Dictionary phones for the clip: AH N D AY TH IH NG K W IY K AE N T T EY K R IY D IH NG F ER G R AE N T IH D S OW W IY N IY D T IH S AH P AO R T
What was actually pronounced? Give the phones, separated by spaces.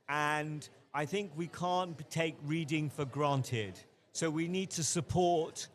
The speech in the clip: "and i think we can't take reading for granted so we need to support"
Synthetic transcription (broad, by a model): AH N AY TH IH NG K W IY K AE N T T EY K R IY D IH NG F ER G R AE N T IH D S OW W IY N IY D T IH S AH P AO R T